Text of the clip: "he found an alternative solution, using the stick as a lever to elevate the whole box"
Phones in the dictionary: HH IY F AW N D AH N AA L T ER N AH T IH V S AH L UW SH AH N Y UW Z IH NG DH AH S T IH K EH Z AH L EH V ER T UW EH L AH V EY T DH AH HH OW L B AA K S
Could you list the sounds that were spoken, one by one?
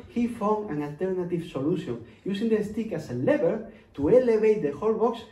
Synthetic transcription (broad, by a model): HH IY F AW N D AH N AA L T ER N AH T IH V S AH L UW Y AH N Y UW S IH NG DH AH S T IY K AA S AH L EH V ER T UW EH L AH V EY T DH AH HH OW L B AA K S